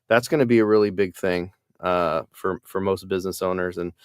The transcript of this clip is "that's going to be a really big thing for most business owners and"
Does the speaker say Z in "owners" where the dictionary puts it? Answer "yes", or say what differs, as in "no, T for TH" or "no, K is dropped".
yes